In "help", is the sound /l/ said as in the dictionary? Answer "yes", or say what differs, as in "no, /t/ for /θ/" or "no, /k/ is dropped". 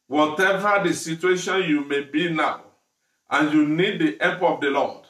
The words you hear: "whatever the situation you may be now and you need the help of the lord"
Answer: no, /l/ is dropped